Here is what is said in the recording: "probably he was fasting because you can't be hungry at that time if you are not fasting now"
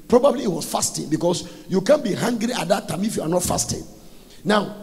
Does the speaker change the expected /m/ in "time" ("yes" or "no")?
no